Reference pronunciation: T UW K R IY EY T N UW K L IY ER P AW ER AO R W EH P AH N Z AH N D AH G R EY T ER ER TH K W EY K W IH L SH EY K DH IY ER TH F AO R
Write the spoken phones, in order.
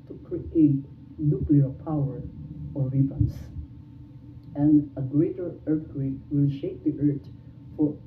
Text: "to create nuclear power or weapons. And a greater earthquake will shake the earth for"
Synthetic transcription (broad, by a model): T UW K R IY EY T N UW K L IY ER P AW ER AO R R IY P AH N S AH N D AH G R EY T ER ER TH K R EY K W IH L SH EY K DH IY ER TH F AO R